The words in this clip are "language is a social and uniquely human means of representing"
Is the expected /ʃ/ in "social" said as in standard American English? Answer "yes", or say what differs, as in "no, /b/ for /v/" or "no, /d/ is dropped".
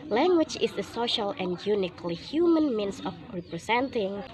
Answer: yes